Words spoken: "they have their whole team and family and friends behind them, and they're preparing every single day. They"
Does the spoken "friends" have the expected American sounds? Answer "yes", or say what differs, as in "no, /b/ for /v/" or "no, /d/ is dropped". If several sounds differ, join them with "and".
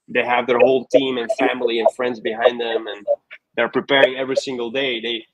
yes